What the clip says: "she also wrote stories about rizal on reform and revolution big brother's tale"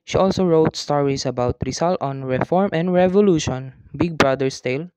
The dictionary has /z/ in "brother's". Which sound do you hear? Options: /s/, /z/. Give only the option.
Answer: /s/